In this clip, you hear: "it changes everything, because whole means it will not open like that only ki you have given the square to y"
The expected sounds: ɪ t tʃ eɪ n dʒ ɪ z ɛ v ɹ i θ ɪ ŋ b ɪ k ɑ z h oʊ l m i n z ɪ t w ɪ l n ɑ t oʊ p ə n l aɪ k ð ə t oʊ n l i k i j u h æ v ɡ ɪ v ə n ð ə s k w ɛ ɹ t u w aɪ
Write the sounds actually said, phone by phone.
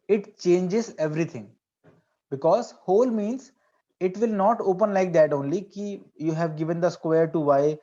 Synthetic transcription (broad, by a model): ɪ t tʃ eɪ n dʒ ɪ z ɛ v ɹ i t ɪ ŋ b ɪ k ɑ z h oʊ l m i n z ɪ t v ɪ l n ɑ t oʊ p ə n l aɪ k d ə t oʊ n l i k i j u h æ v ɡ ɪ v ə n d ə s k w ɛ ɹ t u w aɪ